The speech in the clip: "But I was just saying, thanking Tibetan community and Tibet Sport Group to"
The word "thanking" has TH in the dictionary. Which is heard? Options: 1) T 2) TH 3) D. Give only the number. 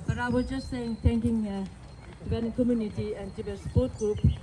1